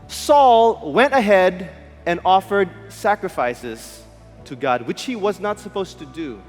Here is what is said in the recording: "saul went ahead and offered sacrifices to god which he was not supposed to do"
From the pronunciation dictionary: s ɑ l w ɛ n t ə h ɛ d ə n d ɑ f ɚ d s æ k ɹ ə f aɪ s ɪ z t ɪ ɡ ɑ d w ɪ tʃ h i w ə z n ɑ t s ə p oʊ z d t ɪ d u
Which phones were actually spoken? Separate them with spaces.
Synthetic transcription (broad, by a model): s ɑ l w ɛ n t ə h ɛ d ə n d ɑ f ɚ d s æ k ɹ ə f aɪ s ɪ z t ɪ ɡ ɑ d w ɪ tʃ h i w ə z n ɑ t s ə p oʊ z t ɪ d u